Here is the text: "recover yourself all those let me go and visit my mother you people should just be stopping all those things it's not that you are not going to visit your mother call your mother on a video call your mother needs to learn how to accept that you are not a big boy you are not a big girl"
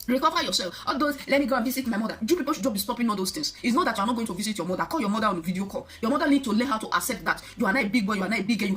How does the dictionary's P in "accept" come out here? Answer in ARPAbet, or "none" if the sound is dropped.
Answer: none